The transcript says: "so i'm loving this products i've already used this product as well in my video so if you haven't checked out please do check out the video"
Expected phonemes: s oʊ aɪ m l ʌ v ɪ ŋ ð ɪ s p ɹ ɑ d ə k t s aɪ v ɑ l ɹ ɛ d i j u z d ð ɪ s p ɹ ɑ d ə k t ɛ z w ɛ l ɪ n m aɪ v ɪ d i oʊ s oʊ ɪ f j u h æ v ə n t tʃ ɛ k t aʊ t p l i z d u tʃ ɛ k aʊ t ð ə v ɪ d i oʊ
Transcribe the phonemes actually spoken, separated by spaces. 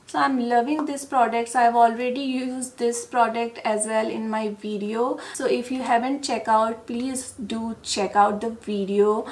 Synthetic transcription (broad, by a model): s oʊ aɪ m l ʌ v ɪ ŋ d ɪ s p ɹ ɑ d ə k t s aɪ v ɑ l ɹ ɛ d i j u z d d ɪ s p ɹ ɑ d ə k t ɛ z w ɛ l ɪ n m aɪ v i d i oʊ s oʊ ɪ f j u h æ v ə n t tʃ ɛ k aʊ t p l i z d u tʃ ɛ k aʊ t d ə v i d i oʊ